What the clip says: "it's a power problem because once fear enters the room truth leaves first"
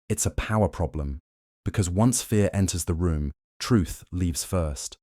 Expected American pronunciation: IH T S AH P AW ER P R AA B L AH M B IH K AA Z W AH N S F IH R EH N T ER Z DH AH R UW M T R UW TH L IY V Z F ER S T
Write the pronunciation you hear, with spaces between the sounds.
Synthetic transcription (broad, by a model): IH T S AH P AW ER P R AA B L AH M B IH K AA Z W AH N S F IH R EH N T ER Z DH AH R UW M T R UW TH L IY V Z F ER S T